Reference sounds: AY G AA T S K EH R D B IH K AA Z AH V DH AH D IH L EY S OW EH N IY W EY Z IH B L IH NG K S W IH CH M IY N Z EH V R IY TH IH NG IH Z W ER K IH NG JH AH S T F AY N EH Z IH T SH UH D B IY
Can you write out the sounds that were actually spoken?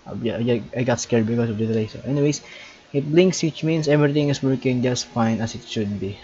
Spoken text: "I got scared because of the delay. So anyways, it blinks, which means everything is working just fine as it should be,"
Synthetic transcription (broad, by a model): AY G AA T S K EH R D B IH K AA S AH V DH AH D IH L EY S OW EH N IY W EY S IH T L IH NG K S W IH CH M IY N S EH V R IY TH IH NG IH S W ER K IH NG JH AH S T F AY N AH S IH T SH UH D B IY